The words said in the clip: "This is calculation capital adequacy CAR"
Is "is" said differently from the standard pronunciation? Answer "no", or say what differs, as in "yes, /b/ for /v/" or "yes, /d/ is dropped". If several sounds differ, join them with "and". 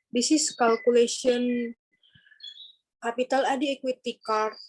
yes, /s/ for /z/